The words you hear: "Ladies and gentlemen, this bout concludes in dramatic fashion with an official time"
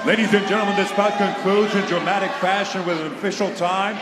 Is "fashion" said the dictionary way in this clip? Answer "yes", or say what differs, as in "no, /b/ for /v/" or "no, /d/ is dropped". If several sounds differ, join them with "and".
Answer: yes